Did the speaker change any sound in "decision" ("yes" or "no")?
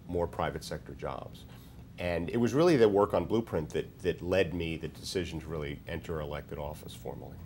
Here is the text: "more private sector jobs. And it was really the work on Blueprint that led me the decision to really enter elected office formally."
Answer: no